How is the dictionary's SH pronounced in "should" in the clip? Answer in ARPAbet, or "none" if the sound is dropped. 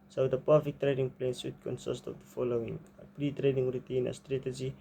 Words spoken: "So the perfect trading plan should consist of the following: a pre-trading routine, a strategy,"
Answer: S